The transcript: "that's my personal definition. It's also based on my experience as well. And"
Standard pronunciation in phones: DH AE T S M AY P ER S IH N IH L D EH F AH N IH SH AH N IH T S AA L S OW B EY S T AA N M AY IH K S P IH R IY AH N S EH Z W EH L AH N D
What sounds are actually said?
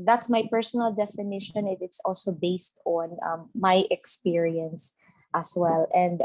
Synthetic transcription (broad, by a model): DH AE T S M AY P ER S IH N IH L D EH F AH N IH SH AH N IH T S AA L S OW B EY S T AA N M AY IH K S P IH R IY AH N S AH S W EH L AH N D